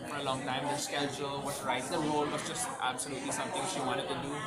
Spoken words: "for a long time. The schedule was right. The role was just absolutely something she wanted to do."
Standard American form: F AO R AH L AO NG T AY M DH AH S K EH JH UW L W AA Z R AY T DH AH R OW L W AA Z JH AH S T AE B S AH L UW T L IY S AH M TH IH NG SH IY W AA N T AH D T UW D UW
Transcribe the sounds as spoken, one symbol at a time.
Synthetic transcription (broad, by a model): F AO R AH L AO NG T AY M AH S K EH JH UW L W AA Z R AY T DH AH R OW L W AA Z JH AH S T AE B S AH L UW T L IY S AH M T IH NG SH IY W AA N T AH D T UW D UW